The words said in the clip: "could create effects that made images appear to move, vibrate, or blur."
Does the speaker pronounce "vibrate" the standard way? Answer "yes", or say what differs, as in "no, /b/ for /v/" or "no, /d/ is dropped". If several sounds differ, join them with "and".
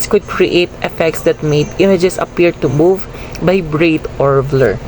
no, /b/ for /v/